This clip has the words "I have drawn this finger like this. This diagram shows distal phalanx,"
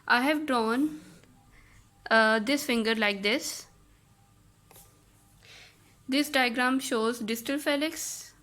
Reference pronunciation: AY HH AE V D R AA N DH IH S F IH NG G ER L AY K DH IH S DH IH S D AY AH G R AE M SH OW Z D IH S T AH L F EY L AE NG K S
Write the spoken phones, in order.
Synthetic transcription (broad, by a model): AY HH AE V D R AA N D IH S F IH NG G ER L AY K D IH S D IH S D AY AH G R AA M SH OW Z D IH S T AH L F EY L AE K S